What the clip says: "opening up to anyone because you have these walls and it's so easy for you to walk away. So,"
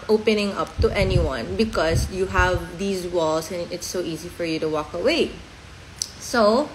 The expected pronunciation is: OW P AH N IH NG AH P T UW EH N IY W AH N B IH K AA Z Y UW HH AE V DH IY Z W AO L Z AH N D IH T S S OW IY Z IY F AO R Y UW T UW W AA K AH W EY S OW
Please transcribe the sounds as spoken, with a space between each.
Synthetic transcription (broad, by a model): OW P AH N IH NG AH P T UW EH N IY W AH N B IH K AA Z Y UW HH AE V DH IY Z W AO L S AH N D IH T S S OW IY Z IY F AO R Y UW T UW W AA K AH W EY S OW